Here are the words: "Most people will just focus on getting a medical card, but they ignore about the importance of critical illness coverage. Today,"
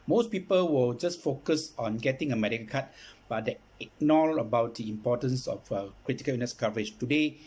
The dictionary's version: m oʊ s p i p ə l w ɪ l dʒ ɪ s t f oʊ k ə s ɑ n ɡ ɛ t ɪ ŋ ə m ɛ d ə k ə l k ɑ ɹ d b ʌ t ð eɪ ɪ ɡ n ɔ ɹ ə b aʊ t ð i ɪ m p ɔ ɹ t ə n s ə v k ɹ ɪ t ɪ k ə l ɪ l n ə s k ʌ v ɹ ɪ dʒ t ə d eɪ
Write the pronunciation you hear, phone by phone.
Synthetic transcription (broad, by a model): m oʊ s p i p ə l w ɪ l dʒ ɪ s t f oʊ k ə s ɑ n ɡ ɛ t ɪ ŋ ə m ɛ d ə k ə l k ɑ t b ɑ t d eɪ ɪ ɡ n ɔ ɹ ə b aʊ t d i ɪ m p ɔ t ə n s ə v k ɹ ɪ t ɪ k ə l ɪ n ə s k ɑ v ɹ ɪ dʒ t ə d eɪ